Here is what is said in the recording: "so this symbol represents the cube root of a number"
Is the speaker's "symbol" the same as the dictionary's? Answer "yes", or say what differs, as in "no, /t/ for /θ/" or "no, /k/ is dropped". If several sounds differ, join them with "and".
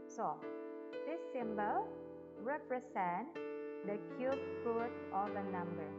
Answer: yes